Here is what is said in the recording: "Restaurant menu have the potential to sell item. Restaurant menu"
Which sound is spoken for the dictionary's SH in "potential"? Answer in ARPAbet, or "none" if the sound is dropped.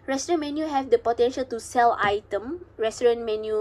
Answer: SH